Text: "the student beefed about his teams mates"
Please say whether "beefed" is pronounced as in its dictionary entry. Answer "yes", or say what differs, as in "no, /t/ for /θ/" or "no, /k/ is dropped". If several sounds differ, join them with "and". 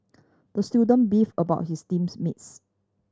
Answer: no, /t/ is dropped